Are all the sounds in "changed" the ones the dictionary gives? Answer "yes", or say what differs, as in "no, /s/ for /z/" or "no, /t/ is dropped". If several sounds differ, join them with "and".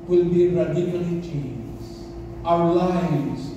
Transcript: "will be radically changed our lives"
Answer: no, /d/ is dropped